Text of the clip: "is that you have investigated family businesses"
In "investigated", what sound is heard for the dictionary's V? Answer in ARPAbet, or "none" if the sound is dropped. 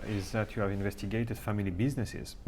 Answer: V